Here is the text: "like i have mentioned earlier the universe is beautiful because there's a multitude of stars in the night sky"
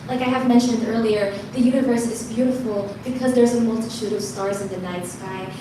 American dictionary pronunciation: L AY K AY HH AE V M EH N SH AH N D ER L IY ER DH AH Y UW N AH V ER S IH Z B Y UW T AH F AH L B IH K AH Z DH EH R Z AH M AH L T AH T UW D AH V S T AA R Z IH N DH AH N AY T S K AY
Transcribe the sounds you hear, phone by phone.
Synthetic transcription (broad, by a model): L AY K AY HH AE V M EH N SH AH N D ER L IY ER DH AH Y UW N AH V ER S IH Z B Y UW T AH F L B IH K AH Z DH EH R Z AH M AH L T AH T UW D AH V S T AA R Z IH N DH AH N AY T S K AY